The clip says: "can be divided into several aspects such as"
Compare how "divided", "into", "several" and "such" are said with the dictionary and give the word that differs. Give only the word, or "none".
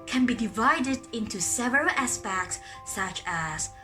none